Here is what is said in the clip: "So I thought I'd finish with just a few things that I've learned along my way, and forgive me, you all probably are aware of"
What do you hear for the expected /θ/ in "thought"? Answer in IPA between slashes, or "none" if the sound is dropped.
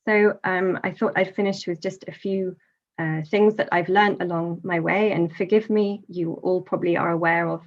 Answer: /θ/